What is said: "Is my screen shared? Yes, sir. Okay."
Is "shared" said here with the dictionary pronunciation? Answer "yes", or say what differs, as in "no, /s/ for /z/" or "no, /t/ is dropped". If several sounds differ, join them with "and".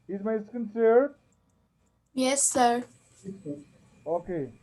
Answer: no, /s/ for /ʃ/